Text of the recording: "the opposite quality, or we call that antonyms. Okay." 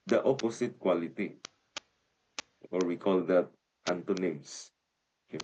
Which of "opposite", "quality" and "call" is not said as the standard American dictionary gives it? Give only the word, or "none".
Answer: opposite